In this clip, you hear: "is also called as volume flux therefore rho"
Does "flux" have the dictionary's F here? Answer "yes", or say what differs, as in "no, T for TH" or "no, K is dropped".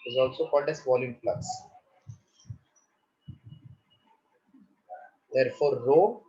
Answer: no, P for F